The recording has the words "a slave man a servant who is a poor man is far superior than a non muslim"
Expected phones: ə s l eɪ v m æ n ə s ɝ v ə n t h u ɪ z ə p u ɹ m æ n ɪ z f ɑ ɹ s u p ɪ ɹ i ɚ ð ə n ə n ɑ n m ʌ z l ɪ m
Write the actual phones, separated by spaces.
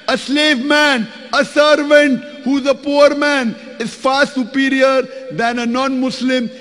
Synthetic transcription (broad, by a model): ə s l eɪ v m æ n ə s ɝ v ə n t h u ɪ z ə p u ɹ m æ n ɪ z f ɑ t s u p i ɹ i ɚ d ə n ə n ɑ n m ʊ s l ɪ m